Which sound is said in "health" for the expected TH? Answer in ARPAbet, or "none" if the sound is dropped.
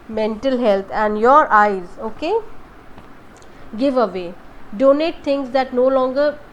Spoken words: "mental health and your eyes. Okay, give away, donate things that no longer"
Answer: T